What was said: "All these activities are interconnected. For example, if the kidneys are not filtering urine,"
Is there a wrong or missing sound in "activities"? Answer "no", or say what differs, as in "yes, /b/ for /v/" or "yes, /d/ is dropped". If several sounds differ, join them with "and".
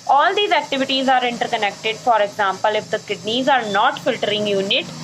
no